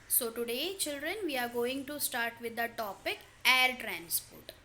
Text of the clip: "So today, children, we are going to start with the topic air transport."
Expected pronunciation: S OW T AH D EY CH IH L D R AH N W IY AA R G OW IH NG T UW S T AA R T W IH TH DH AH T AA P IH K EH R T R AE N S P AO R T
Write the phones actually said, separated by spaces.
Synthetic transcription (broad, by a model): S OW T AH D EY CH IH L D R AH N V IY AA R G OW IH NG T UW S T AA R T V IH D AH T AA P IH K EH R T R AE N S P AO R T